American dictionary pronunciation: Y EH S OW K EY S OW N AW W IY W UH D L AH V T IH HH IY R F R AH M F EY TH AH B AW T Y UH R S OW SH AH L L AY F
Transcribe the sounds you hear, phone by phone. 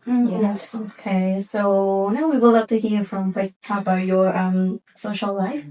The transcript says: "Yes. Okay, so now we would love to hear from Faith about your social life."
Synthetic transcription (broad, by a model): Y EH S OW K EY S OW N AW W IY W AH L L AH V T IH HH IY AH F R AH M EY T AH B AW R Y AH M S OW SH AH L L AY F